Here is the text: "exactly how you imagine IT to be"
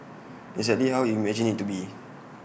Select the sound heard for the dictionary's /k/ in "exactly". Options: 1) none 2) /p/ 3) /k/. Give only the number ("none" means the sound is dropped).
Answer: 1